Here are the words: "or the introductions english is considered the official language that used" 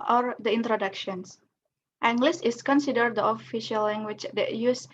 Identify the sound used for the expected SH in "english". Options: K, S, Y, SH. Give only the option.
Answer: S